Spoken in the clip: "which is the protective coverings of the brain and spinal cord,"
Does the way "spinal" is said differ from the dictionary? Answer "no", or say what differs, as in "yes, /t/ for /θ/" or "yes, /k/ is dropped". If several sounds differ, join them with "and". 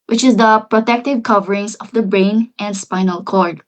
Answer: no